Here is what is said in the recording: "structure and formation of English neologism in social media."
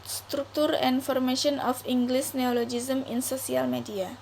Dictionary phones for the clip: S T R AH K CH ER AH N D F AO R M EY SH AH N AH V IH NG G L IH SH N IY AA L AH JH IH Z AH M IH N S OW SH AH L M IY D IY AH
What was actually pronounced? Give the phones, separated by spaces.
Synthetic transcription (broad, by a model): S T R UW K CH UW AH N F AO R M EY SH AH N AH F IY NG G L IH S N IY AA L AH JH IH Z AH M IH N S OW S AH L M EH D IY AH